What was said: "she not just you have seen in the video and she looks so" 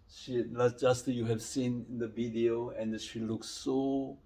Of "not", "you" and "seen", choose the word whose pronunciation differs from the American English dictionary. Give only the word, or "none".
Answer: not